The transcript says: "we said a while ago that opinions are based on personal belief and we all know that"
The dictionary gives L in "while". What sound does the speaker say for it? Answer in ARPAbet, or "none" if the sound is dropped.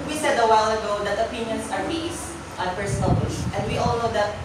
L